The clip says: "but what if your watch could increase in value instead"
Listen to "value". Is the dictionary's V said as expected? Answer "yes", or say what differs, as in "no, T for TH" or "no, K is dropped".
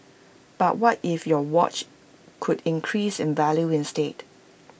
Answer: yes